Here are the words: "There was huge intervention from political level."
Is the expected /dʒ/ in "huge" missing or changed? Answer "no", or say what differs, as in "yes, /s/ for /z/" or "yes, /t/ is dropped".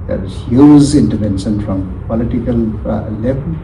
yes, /z/ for /dʒ/